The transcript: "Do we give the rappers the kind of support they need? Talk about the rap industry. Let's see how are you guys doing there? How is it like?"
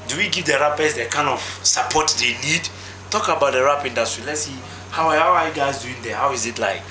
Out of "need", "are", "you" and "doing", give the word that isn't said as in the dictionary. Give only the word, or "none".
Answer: are